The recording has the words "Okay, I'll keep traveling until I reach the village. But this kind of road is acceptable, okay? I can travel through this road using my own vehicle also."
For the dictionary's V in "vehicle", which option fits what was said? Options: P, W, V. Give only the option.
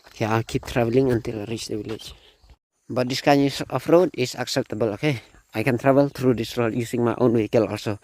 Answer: W